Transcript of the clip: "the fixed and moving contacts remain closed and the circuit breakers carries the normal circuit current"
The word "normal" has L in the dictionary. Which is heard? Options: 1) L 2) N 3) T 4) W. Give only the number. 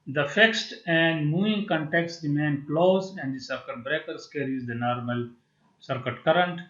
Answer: 1